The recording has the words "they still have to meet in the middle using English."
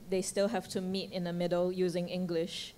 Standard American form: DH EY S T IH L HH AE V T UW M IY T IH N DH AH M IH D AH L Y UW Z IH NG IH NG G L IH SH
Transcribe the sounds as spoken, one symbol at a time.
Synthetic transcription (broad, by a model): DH EY S T IH L HH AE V T UW M IY T IH N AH M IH D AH L Y UW Z IH NG IH NG G L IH SH